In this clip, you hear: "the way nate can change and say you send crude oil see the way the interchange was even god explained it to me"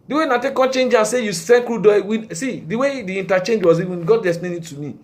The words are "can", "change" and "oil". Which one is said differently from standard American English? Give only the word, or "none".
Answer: oil